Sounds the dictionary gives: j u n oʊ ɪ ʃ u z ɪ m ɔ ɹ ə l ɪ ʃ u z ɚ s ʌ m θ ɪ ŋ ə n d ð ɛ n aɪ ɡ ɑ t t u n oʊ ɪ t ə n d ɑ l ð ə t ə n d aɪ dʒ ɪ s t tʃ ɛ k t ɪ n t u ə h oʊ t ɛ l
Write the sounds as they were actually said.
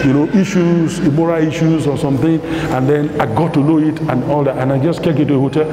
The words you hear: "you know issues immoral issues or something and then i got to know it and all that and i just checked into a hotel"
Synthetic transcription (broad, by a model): j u n oʊ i ʃ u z ɪ m ɔ ɹ ə l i ʃ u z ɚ s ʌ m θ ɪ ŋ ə n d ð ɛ n aɪ ɡ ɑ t t u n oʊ ɪ t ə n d ɑ l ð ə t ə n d aɪ dʒ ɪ s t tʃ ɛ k ɪ t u ə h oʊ t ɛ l